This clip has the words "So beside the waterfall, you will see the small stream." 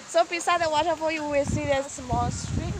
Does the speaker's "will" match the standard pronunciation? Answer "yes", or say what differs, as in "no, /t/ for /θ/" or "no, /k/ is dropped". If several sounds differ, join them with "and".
no, /w/ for /l/